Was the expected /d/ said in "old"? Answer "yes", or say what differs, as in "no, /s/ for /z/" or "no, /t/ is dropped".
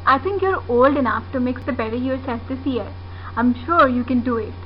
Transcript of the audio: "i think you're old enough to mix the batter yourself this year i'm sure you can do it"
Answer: yes